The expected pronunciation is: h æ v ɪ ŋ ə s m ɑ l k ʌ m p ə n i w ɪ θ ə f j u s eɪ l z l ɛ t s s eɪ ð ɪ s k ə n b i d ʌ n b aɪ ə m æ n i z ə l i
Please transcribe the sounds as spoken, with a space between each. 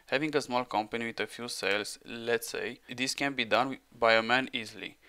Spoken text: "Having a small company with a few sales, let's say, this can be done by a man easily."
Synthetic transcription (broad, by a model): h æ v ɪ ŋ ə s m ɑ l k ʌ m p ə n i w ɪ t ə f j u s eɪ l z l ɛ t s s eɪ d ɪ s k ə n b i d ʌ n b aɪ ə m æ n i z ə l i